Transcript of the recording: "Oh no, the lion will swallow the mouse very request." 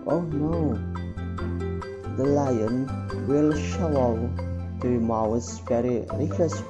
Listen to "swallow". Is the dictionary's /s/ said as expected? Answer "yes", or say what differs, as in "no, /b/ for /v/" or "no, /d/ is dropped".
no, /ʃ/ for /s/